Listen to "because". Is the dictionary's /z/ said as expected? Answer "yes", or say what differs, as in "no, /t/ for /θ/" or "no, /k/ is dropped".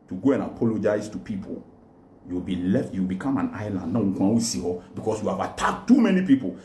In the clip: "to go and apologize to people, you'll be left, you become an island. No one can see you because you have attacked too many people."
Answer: no, /s/ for /z/